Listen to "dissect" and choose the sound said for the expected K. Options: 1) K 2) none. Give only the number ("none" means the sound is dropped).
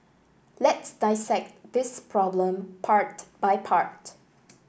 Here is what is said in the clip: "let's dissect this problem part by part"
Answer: 1